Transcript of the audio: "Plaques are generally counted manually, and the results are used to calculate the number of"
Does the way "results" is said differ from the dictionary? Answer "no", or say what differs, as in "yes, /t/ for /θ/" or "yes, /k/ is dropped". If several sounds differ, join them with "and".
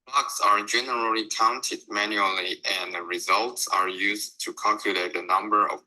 no